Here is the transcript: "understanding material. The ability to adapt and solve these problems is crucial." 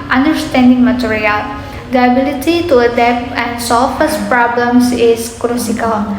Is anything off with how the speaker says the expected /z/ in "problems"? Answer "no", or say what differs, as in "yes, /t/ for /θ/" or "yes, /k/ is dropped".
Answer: yes, /s/ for /z/